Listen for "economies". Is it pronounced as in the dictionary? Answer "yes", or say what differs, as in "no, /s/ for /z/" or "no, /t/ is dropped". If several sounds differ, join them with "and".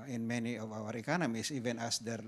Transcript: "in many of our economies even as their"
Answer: no, /s/ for /z/